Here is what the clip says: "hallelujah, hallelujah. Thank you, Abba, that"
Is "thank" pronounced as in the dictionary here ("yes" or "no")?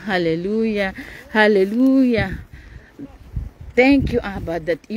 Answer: no